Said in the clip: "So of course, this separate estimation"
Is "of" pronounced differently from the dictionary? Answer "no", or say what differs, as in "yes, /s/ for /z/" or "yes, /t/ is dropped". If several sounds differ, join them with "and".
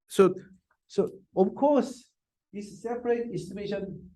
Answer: yes, /f/ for /v/